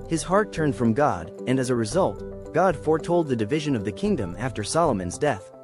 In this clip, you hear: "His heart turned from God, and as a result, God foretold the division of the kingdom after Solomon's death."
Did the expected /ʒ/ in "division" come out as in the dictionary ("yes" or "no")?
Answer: yes